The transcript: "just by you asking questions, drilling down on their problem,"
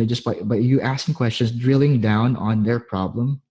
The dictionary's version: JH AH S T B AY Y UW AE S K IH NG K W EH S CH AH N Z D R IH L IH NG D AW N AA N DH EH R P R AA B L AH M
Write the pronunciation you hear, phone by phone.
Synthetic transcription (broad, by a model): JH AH S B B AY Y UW AE S K IH NG K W EH S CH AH N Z D R IH L IH NG D AW N AA N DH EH R P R AA B L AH M